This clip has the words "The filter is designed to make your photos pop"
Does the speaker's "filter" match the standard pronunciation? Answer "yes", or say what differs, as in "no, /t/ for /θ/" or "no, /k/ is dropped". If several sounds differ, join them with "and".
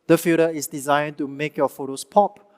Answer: no, /l/ is dropped